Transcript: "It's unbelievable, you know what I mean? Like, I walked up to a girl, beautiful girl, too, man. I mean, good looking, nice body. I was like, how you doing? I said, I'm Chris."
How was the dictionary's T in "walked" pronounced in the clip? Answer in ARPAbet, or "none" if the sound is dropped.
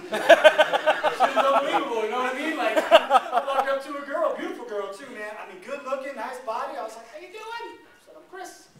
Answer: none